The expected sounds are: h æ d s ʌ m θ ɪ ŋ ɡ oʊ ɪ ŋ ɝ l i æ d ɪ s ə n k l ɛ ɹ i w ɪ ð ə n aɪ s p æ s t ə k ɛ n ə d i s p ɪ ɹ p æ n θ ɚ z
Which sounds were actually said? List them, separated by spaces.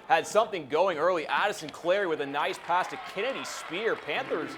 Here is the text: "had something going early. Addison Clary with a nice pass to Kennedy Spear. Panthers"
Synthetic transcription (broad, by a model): h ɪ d s ʌ m θ ɪ ŋ ɡ oʊ ɪ ŋ ɝ l i æ d ɪ s ə n k l ɛ ɹ i w ɪ ð ə n aɪ s p æ s t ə k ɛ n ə d i s p ɪ ɹ p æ n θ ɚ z